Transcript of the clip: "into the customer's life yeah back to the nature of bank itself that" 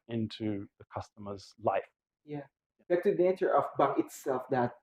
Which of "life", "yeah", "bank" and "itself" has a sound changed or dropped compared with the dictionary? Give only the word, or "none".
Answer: bank